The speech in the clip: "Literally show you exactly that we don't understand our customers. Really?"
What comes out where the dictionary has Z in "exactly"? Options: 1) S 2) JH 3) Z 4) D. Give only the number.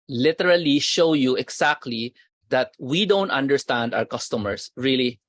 1